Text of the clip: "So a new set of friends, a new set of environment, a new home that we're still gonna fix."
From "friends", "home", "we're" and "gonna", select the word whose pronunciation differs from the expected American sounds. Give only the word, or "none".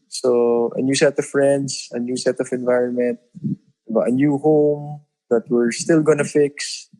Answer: friends